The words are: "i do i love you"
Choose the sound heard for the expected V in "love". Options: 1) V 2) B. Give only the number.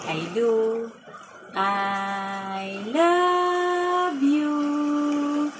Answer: 2